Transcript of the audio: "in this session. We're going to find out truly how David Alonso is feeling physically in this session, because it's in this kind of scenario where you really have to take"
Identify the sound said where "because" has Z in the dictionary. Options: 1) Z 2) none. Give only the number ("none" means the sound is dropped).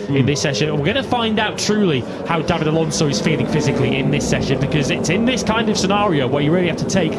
1